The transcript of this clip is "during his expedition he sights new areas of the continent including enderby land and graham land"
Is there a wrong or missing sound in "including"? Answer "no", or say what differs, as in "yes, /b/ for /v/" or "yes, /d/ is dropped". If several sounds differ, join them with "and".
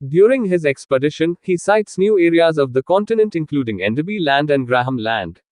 no